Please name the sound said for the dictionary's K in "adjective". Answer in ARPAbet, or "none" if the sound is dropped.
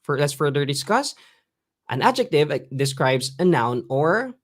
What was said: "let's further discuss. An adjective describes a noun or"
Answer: K